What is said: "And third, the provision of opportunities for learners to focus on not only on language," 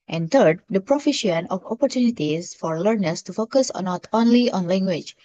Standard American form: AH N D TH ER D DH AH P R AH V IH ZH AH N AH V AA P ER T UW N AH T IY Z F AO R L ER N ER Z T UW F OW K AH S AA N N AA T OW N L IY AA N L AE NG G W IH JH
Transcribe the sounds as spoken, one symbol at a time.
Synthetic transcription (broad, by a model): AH N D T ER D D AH P R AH F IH SH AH N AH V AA P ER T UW N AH T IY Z F AO R L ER N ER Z T UW F OW K AH S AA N N AA T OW N L IY AA N L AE NG G W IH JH